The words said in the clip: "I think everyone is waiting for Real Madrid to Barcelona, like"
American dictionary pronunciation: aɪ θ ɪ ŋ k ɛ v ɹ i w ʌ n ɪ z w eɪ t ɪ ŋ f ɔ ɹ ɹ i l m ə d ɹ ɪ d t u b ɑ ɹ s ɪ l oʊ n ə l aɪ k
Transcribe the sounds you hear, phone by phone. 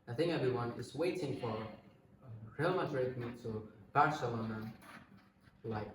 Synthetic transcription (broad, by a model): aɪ θ ɪ ŋ k ɛ v ɹ i w ʌ n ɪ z w eɪ t ɪ ŋ f ɔ ɹ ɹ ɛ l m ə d ɹ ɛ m t u b ɑ ɹ s ɪ l oʊ n ə l aɪ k